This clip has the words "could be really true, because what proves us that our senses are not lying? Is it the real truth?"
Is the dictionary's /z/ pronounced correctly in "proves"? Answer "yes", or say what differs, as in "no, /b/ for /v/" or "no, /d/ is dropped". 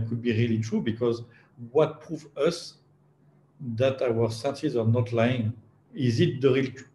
no, /z/ is dropped